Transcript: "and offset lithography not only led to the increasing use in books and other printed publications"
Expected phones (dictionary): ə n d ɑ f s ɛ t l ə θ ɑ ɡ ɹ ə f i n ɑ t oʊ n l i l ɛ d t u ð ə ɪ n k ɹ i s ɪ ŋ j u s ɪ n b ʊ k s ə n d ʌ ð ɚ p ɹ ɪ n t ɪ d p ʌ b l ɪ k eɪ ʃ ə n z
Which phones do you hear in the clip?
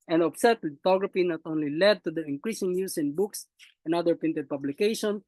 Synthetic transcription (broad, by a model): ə n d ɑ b s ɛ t l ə t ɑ ɡ ɹ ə f i n ɑ t oʊ n l i l ɛ d t u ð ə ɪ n k ɹ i s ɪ ŋ j u s ɪ n b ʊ k s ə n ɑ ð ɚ p ɪ n t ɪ d p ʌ b l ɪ k eɪ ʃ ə n